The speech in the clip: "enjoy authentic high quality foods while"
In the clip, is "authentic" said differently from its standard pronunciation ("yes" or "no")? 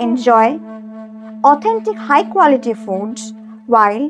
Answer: yes